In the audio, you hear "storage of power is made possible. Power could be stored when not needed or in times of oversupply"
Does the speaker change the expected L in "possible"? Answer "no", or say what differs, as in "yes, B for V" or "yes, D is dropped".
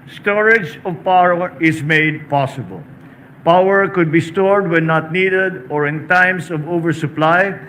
no